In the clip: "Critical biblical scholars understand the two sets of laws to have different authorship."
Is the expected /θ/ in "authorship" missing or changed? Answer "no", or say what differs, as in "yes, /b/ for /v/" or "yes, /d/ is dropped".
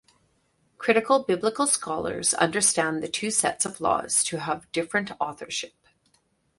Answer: no